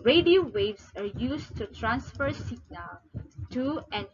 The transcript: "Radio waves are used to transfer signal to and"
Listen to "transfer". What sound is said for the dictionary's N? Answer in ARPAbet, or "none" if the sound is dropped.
N